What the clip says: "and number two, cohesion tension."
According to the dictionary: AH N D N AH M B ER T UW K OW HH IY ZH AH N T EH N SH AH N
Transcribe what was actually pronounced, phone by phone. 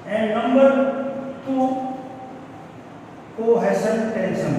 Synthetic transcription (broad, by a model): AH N N AH M B ER T UW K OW HH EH S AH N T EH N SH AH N